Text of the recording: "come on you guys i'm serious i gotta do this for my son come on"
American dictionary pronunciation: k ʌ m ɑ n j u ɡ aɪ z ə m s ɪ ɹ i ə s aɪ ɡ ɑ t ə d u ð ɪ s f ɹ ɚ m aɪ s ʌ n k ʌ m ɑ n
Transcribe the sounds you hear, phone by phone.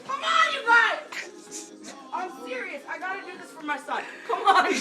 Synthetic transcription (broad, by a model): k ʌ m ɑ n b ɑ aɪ ə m s ɪ ɹ i ə s aɪ ɡ ɑ t ə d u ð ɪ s f ɹ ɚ m aɪ s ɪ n k ʌ m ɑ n